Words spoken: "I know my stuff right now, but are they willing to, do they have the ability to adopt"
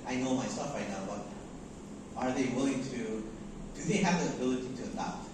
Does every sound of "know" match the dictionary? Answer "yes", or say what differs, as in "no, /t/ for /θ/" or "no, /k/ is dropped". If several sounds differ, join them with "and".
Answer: yes